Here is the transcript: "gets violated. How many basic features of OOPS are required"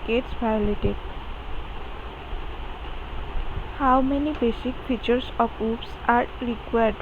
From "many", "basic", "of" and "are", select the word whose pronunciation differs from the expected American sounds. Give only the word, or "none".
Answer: of